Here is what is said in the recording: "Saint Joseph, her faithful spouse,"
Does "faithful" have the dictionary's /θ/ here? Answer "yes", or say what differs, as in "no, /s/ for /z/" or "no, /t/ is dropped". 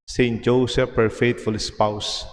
no, /t/ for /θ/